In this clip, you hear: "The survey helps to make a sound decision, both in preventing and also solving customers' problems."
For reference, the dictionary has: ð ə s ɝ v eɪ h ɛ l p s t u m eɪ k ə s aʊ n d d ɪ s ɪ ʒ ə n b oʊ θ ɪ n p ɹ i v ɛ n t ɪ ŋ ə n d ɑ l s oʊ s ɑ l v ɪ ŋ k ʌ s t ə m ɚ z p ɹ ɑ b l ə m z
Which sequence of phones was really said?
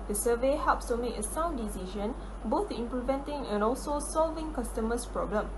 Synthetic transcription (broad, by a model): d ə s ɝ v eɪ h ɛ l p s t u m eɪ k ə s aʊ n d d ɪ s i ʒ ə n b oʊ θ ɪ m p l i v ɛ n t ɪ ŋ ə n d ɑ l s oʊ s ɑ l v ɪ ŋ k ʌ s t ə m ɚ s p ɹ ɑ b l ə m